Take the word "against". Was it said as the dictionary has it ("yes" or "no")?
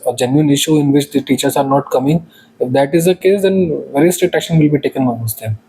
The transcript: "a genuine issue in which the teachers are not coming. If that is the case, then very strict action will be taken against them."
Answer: no